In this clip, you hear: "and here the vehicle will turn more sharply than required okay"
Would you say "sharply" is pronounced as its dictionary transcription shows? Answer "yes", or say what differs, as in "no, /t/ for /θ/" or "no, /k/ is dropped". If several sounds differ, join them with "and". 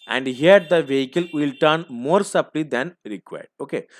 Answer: no, /s/ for /ʃ/